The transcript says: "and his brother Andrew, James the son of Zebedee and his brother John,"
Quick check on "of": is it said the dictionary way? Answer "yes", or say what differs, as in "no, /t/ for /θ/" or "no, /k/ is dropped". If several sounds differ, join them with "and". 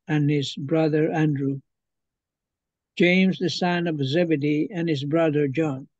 yes